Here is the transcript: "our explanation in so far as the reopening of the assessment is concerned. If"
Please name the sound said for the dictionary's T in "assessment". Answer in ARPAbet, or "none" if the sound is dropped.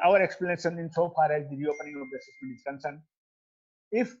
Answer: none